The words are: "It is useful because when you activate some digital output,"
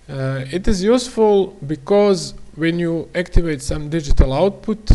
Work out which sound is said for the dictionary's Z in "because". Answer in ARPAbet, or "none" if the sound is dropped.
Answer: Z